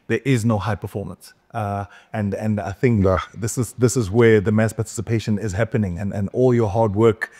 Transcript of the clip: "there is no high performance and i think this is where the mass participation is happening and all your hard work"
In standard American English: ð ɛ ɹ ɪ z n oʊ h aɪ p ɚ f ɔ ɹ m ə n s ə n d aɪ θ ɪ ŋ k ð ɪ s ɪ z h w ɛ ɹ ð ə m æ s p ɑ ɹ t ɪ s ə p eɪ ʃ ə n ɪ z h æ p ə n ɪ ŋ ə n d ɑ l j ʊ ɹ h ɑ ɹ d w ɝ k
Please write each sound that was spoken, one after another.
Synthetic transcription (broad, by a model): ð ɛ ɹ ɪ z n oʊ h aɪ p ɚ f ɔ ɹ m ə n s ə n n aɪ θ ɪ ŋ k ð ɪ s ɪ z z w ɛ ɹ ð ə m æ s p ɑ ɹ t ɪ s ə p eɪ ʃ ə n ɪ z h æ p ə n ɪ ŋ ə n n ɑ l j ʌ ɹ h ɑ ɹ d w ɝ k